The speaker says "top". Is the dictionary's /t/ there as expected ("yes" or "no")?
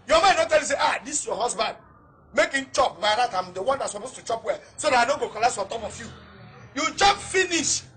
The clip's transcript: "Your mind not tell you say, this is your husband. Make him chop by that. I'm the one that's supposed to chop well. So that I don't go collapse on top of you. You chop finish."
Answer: yes